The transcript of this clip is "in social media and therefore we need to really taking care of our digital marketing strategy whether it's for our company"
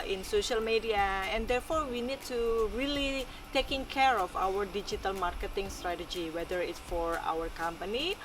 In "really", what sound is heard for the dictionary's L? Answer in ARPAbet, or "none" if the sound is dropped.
L